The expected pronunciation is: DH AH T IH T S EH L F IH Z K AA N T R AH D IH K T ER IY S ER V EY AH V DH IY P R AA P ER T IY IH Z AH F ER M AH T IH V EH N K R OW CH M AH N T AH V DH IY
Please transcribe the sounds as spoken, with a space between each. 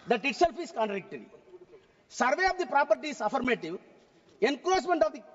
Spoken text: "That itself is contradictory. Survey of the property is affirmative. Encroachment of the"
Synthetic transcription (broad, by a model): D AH T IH T S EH L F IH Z K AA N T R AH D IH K T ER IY S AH V EY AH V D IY P R AA P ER T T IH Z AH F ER M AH T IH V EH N K L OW S M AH N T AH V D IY